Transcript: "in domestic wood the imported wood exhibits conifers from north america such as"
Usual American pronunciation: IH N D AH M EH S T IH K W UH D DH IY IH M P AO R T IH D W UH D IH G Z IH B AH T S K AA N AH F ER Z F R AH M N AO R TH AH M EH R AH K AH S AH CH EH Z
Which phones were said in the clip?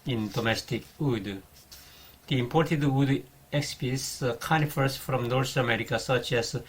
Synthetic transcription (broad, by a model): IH N D AH M EH S T IH K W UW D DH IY IH M P AO R T IH D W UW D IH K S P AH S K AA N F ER S F R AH M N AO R S AH M EH R AH K AH S AH CH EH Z